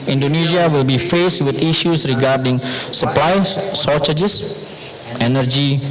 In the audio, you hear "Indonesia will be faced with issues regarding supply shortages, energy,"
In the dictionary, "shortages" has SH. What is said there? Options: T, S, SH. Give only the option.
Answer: S